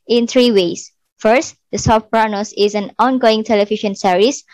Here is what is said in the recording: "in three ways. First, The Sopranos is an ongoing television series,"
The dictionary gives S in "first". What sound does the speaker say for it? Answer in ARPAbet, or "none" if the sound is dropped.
S